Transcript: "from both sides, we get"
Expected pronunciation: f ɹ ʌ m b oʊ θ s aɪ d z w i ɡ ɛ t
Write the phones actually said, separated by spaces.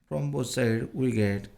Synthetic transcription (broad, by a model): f ɹ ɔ m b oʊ t s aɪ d w i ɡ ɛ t